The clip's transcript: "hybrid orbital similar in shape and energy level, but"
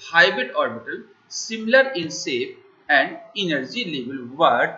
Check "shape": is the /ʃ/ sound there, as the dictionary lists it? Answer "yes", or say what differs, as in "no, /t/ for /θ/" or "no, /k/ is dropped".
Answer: no, /s/ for /ʃ/